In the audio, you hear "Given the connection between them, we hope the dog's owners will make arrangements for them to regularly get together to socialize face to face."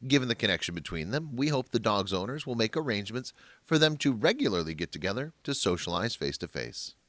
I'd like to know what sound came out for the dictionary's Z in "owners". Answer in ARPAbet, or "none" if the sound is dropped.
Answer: Z